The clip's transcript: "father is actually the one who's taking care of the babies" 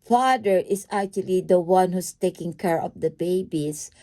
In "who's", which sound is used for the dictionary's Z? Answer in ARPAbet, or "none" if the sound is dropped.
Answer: S